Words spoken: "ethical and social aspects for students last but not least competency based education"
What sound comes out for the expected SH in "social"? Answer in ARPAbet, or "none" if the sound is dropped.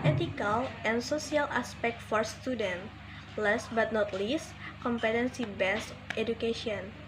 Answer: S